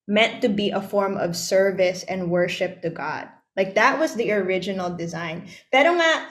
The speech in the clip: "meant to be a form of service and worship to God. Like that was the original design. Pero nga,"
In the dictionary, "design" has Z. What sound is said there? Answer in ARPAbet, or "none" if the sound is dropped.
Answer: Z